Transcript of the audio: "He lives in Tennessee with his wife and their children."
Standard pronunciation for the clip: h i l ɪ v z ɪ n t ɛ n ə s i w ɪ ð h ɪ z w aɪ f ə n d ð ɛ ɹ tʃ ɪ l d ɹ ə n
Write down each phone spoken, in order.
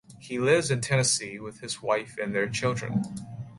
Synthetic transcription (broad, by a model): h i l ɪ v z ɪ n t ɛ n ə s i w ɪ ð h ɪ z w aɪ f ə n ð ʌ ɹ tʃ ɪ l d ɹ ə n